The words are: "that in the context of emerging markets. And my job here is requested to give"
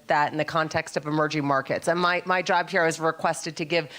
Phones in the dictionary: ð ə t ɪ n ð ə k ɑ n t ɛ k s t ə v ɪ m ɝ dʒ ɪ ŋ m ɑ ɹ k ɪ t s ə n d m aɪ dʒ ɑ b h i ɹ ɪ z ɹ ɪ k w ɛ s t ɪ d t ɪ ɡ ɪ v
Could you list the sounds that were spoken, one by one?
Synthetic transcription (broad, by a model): ð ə t ɪ n ð ə k ɑ n t ɛ k s t ə v ɪ m ɝ dʒ ɪ ŋ m ɑ ɹ k ɪ t s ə n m m aɪ dʒ ɑ b h i ɹ ɪ z ɹ ɪ k w ɛ s t ɪ d t ɪ ɡ ɪ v